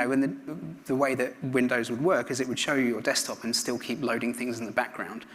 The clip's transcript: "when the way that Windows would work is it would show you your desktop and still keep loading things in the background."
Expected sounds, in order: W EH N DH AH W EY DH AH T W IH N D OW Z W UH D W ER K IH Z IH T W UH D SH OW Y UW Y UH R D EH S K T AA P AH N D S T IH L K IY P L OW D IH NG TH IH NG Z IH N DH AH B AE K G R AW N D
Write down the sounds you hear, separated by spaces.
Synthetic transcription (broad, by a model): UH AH N DH AH W EY DH AH T W IH N D OW Z W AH D W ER K IH Z IH T W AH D SH OW Y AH Y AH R D EH S T AA P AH N S T IH L K IY P L OW D IH NG TH IH NG Z IH N DH AH B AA K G R AW N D